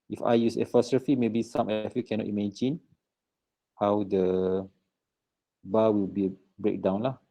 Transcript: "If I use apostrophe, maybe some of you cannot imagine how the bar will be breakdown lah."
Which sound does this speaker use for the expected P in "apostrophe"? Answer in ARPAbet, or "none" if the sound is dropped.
F